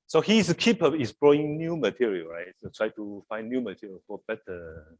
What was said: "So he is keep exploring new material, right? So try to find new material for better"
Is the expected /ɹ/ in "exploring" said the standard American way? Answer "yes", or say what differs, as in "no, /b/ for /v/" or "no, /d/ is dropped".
no, /ɹ/ is dropped